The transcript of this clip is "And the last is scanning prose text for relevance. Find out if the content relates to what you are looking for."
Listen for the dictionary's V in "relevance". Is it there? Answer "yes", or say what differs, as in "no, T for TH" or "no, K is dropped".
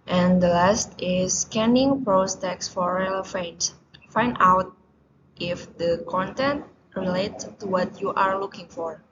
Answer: no, F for V